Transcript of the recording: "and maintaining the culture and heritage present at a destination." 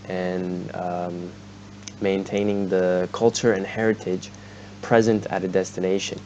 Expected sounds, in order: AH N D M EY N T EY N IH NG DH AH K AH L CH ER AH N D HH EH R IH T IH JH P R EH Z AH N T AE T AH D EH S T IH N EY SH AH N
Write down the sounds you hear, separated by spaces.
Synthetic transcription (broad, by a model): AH N M EY N T EY N IH NG DH AH K AH L CH ER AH N HH EH R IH T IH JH P R EH Z AH N T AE T AH D EH S T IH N EY SH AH N